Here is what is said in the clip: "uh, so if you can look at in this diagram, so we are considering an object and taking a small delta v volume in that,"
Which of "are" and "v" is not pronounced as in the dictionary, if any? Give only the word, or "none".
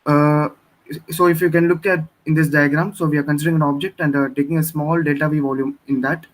none